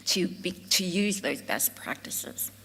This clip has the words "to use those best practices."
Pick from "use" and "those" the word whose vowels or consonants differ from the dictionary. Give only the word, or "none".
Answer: none